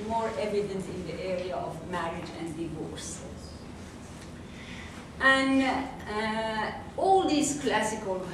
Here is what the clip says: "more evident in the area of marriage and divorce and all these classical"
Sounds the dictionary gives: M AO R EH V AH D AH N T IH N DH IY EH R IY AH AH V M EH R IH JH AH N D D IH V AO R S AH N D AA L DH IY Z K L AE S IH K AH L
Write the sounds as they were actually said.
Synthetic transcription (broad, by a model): M AO R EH V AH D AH N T IH N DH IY EH R IY AH AH V M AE R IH JH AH N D D IH V AO R S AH N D AA L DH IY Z K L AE S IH K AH L